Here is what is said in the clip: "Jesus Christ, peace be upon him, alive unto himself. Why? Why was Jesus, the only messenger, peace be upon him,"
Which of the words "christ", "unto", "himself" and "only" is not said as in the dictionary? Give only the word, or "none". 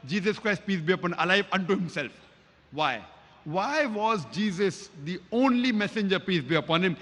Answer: none